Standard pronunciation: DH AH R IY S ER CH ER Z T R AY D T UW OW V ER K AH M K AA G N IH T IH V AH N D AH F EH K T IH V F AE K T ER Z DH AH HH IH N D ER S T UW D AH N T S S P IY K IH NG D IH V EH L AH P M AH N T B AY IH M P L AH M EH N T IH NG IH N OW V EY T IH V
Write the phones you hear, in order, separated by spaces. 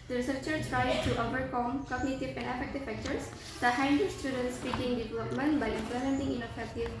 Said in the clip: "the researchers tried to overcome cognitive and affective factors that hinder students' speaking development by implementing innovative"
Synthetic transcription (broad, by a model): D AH R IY S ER CH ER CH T R AY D T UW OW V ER K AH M K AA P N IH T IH P AH N D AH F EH K T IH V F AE K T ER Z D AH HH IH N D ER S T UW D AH N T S S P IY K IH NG D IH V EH L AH P M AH N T B AY IH M P L AH M EH N T IH NG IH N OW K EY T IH